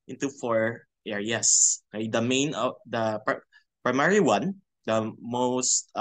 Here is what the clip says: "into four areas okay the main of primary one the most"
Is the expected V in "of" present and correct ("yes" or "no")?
no